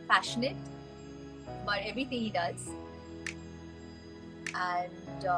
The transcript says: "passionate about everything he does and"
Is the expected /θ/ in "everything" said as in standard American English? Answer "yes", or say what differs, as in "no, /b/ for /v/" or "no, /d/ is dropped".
no, /t/ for /θ/